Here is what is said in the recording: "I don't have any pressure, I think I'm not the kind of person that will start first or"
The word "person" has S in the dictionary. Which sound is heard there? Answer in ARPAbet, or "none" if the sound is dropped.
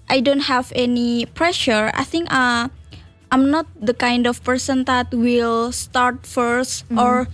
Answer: S